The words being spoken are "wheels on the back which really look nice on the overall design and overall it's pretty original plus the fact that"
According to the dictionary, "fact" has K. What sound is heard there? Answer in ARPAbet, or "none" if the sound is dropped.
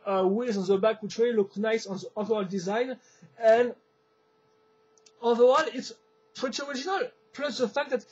K